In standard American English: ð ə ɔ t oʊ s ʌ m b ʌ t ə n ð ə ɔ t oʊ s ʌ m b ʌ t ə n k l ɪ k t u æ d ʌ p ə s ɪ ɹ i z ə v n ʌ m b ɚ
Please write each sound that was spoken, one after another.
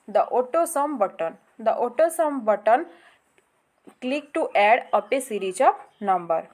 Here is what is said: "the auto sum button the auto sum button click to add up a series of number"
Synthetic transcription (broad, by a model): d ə ɔ t oʊ s ʌ m b ʌ t ə n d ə ɔ t oʊ s ʌ m b ʌ t ə n k l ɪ k t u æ d ʌ p ə s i ɹ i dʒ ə p n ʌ m b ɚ